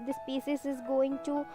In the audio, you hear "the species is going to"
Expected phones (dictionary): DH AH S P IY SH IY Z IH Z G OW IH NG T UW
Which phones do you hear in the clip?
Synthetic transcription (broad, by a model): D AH S P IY S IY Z IH Z G OW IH NG T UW